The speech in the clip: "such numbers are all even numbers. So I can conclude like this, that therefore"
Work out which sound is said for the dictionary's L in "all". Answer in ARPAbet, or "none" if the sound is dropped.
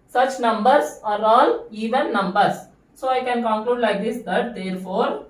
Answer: L